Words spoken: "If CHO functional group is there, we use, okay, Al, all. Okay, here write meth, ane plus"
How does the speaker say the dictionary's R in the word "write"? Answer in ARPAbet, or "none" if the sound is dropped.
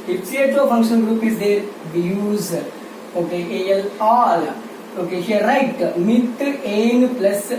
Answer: R